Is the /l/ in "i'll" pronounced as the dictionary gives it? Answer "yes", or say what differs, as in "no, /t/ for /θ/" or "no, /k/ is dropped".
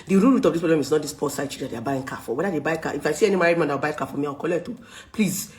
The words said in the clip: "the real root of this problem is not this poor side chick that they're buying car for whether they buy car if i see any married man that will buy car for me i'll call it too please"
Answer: no, /w/ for /l/